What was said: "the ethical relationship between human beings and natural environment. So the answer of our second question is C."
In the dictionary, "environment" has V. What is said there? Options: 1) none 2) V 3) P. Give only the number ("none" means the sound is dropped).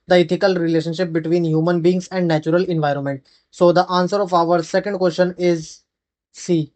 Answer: 2